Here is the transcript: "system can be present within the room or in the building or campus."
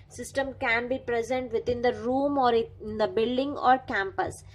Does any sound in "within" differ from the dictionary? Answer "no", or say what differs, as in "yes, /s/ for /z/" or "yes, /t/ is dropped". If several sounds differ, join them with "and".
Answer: yes, /t/ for /θ/